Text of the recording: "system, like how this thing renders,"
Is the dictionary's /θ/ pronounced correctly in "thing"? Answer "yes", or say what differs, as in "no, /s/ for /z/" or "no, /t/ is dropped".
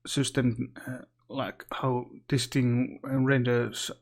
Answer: no, /t/ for /θ/